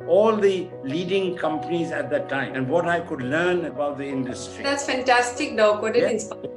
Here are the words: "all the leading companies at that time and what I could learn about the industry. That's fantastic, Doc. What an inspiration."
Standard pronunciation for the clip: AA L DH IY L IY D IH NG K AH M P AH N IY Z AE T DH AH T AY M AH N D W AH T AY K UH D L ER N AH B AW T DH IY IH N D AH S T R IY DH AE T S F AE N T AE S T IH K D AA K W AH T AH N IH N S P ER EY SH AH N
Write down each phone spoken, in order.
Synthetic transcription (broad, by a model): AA L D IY L IY D IH NG K AH M P AH N IY Z AE T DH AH T AY M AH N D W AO T AY K UH D L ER N AH B AW T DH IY IH N D AH S T R IY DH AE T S F AE N T AE S T IH K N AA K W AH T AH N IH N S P